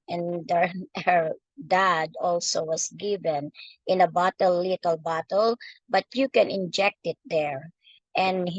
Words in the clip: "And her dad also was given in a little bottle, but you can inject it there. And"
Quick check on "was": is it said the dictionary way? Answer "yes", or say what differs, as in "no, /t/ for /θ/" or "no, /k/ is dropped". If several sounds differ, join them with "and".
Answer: no, /s/ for /z/